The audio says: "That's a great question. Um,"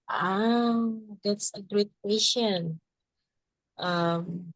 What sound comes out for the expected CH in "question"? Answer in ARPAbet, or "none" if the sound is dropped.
SH